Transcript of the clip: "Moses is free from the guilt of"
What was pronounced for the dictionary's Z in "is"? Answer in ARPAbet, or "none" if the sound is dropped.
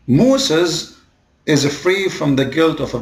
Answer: Z